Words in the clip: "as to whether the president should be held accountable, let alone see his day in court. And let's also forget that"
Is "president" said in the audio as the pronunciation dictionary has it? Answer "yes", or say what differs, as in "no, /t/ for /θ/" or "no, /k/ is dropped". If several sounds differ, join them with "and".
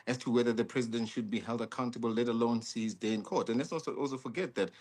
yes